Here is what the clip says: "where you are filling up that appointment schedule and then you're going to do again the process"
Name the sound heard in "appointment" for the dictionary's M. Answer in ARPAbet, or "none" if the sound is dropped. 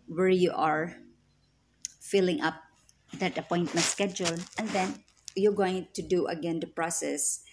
M